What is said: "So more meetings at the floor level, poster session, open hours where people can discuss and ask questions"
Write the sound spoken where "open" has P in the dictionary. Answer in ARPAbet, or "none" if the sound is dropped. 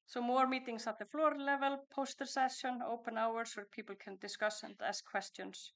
P